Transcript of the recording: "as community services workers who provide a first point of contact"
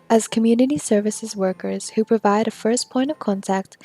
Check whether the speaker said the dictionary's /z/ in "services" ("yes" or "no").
yes